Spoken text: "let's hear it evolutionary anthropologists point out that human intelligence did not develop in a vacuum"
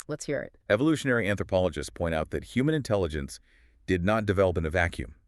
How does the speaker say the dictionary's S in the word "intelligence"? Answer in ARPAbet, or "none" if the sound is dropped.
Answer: S